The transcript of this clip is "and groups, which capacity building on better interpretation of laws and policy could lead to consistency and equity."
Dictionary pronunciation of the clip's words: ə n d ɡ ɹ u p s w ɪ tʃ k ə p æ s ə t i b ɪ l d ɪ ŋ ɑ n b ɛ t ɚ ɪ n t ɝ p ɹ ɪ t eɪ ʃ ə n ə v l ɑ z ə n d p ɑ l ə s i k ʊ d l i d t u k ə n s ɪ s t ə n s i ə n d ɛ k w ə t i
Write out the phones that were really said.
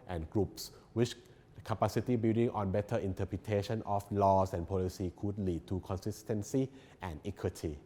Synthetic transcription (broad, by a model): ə n ɡ ɹ u p s w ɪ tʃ k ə p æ s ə t i b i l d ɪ ŋ ɑ n b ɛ t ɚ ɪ n t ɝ p ɹ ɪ t eɪ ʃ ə n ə f l ɑ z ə n p ɑ l ə s i k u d l i d t u k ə n s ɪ s t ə n s i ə n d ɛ k w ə t i